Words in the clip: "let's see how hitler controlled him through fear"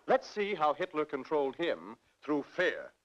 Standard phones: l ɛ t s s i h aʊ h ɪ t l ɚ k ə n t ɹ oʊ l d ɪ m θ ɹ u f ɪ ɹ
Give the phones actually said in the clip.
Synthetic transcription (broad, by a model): l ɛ t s s i h aʊ h ɪ t l ɚ k ə n t ɹ oʊ l d ɪ m θ ɹ u f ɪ ɹ